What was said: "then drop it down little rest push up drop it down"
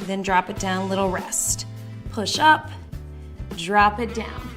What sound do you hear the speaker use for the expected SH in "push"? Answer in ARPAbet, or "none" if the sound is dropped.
SH